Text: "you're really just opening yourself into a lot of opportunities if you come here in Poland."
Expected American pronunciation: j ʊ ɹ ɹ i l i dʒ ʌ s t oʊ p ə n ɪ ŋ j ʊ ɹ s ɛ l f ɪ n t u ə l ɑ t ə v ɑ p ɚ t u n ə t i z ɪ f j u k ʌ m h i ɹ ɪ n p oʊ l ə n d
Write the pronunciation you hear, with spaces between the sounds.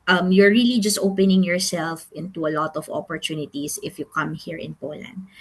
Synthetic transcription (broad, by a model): j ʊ ɹ ɹ i l i dʒ ʌ s t oʊ p ə n ɪ ŋ j ʊ ɹ s ɛ l f ɪ n t u ə l ɑ t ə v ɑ p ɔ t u n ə t i s ɪ f j u k ʌ m h i ɹ ɪ n p oʊ l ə n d